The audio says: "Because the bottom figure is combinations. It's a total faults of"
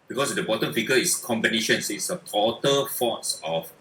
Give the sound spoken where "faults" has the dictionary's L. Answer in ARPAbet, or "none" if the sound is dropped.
none